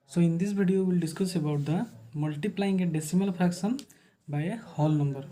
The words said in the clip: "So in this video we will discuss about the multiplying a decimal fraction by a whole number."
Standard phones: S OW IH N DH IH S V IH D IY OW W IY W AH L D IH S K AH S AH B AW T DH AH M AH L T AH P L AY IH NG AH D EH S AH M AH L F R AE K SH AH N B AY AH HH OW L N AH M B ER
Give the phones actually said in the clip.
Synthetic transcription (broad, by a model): S OW IH N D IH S B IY D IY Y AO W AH L D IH S K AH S AH B AW T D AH M AH L T AH P L AY IH NG AH D EH S AH M AH L P R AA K S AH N B AY AH HH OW L N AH M B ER